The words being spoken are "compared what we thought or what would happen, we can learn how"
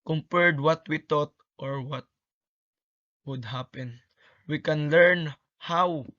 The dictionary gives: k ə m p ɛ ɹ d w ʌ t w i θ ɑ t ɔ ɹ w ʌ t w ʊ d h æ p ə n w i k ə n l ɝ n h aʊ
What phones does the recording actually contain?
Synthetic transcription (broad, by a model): k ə m p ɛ ɹ d w ʌ t w i t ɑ t ɔ ɹ w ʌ t w ʊ d h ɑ p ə n w i k ə n l ɝ n h aʊ